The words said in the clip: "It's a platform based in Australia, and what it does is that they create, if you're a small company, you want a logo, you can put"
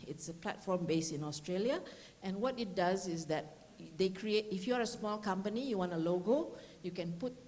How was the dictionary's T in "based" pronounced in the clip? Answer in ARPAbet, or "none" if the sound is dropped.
none